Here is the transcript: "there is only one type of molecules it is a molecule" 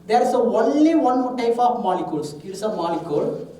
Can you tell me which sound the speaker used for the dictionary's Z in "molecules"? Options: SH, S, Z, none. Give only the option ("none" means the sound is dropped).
S